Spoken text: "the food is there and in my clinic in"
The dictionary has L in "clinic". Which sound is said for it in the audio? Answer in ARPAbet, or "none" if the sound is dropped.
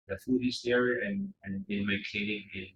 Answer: none